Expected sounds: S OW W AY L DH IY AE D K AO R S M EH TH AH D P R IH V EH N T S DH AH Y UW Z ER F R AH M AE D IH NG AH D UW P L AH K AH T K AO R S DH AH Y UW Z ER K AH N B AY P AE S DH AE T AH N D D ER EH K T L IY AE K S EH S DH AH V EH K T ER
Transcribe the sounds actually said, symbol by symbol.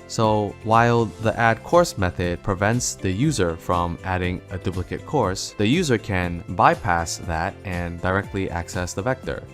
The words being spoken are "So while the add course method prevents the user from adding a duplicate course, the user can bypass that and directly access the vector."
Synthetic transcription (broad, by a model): S OW W AY L DH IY AE D K AO R S M EH TH AH D P R IH V EH N T S DH AH Y UW Z ER F R AH M AE D IH NG AH D UW P L AH K AH T K AO R S DH AH Y UW Z ER K AH N B AY P AE S DH AE T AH N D D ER EH K T L IY AE K S EH S DH AH V EH K T ER